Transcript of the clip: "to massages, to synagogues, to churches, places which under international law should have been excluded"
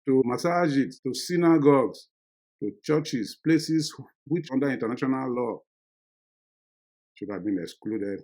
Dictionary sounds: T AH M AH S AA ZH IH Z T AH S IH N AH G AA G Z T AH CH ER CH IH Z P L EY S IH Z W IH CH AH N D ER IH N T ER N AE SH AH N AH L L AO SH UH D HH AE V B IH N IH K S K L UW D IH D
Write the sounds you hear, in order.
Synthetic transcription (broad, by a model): T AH M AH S AA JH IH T T AH S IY N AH G AA G S T AH CH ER CH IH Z P L EY S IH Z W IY CH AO N D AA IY N T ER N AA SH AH N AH L L AO S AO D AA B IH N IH K S K L UW D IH D